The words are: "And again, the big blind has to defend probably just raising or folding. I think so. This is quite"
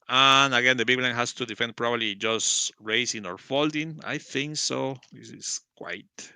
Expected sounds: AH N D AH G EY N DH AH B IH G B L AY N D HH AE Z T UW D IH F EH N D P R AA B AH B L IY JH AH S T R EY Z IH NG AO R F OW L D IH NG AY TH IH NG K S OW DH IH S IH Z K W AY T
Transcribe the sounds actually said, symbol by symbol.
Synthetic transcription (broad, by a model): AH N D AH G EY N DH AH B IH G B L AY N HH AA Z T UW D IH F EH N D P R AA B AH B L IY JH AH S T R EY S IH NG AO R F OW L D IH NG AY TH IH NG K S OW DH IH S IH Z K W AY T